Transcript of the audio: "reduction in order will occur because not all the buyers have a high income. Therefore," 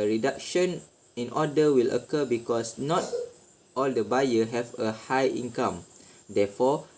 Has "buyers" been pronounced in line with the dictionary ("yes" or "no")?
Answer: no